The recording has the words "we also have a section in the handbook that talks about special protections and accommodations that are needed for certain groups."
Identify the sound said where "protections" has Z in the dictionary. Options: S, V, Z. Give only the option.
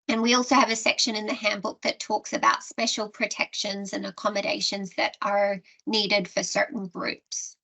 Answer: Z